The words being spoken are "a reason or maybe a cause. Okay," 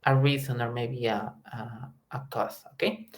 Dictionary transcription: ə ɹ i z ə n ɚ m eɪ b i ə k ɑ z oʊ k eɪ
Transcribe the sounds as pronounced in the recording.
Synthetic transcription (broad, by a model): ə ɹ i z ə n ɚ m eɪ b i ə k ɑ s oʊ k eɪ